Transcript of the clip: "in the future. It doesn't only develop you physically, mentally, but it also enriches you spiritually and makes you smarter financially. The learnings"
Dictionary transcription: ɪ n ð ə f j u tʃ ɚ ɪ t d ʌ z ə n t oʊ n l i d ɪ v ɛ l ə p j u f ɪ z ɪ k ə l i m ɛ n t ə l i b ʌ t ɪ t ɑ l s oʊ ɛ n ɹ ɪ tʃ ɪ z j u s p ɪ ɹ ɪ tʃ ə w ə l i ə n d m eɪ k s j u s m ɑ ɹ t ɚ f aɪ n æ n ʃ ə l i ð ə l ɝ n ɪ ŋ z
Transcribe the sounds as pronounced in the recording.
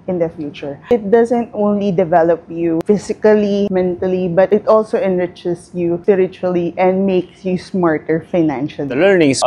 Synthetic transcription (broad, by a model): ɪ n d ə f j u tʃ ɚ ɪ t d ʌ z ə n t oʊ n l i d ɪ v ɛ l ə p j u f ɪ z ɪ k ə l i m ɛ n t ə l i b ʌ t ɪ t ɑ l s oʊ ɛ n ɹ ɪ tʃ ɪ s j u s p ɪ ɹ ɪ tʃ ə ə l i ə n d m eɪ k s j u s m ɑ ɹ t ɚ f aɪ n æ n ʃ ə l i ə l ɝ n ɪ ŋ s